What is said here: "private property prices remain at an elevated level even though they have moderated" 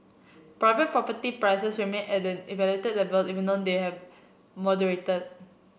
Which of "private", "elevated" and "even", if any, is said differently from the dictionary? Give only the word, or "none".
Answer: elevated